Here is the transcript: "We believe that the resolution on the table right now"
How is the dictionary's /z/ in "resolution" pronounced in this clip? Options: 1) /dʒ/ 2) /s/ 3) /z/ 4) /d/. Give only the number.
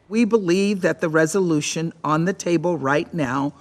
3